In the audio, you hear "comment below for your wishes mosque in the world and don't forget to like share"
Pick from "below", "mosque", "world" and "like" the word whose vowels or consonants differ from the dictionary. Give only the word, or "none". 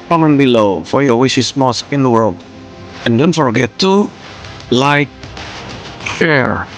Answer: none